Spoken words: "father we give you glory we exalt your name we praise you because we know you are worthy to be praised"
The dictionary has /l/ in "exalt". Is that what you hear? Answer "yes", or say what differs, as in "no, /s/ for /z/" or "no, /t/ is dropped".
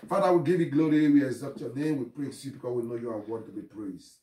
no, /l/ is dropped